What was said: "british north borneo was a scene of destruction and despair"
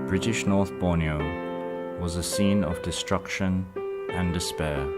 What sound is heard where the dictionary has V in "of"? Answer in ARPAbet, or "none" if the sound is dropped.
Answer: V